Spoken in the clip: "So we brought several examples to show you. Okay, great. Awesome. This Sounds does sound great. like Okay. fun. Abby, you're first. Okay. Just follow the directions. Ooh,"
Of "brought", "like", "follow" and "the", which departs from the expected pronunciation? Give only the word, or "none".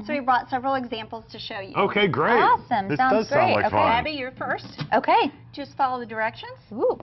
like